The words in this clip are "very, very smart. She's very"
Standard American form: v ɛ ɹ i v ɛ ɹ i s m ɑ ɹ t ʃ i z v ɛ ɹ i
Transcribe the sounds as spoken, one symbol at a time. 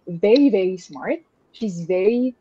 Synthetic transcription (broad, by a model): v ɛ ɹ i v ɛ ɹ i s m ɑ ɹ t ʃ i z v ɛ ɹ i